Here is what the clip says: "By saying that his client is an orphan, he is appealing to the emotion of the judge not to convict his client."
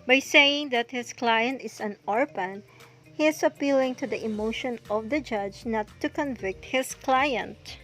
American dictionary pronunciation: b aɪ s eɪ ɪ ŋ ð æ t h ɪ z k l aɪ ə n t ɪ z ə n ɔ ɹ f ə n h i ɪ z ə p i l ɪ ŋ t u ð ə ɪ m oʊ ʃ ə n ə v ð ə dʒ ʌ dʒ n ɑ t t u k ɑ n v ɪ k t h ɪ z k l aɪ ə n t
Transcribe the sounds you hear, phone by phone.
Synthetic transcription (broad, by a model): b aɪ s eɪ ɪ ŋ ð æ t h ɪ s k l aɪ ə n t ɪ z ə n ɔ ɹ p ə n h i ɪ s ə p i l ɪ ŋ t u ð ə ɪ m oʊ ʃ ə n ə v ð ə dʒ ʌ dʒ n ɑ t t u k ɑ n v ɪ k t h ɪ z k l aɪ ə n t